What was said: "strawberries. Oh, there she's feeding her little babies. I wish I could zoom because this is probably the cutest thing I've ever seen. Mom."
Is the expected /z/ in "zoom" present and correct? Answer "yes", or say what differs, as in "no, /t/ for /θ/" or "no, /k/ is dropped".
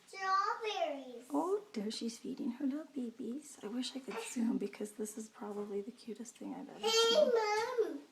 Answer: no, /s/ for /z/